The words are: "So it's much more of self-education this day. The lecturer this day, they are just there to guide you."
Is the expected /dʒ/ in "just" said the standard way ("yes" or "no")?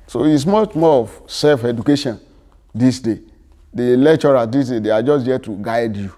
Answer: yes